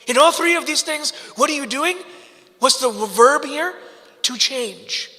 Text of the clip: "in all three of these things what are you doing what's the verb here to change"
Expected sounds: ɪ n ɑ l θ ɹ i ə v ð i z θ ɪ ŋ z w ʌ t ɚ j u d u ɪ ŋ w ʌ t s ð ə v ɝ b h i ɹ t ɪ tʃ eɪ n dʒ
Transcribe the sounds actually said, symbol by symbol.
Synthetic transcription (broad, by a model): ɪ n ɑ l θ ɹ i ə v ð i z θ ɪ ŋ z w ʌ t ɚ j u d u ɪ ŋ w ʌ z ð ə v ɝ b h i ɹ t ɪ tʃ eɪ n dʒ